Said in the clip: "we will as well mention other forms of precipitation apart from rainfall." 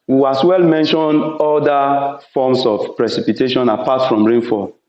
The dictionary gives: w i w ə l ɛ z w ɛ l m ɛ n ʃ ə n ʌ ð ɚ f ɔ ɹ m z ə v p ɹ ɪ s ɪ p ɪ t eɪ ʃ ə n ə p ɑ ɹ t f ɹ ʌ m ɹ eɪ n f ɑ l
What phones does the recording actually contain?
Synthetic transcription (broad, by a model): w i w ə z w ɛ l m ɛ n ʃ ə n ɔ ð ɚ f ɔ m s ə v p ɹ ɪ s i p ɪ t eɪ ʃ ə n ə p ɑ t f ɹ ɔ m ɹ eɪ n f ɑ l